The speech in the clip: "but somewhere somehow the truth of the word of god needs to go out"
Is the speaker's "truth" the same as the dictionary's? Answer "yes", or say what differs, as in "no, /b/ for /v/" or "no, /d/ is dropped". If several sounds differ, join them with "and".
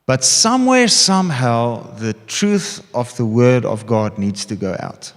yes